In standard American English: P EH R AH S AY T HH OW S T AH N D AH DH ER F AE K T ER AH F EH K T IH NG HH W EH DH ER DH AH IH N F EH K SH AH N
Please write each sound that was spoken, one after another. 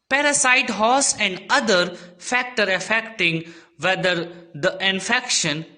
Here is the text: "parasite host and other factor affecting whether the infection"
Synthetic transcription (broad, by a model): P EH R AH S AY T HH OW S AH N D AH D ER F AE K T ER AH F EH K T IH NG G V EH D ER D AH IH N F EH K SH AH N